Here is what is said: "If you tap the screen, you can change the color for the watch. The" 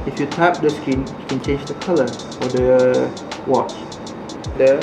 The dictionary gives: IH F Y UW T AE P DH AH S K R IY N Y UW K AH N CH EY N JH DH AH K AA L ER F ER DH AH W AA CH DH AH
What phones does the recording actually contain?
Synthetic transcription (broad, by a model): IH F Y UW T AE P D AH S K IY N Y UW K AH N CH EY N JH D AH K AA L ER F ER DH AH W AA CH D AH